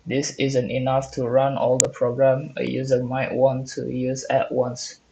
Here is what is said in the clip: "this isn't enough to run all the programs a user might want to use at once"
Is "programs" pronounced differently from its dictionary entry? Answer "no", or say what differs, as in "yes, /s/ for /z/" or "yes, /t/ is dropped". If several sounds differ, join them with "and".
yes, /z/ is dropped